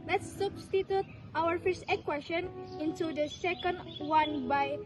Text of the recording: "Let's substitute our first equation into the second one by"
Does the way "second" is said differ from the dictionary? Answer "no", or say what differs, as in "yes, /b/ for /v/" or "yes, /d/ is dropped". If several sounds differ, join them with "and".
no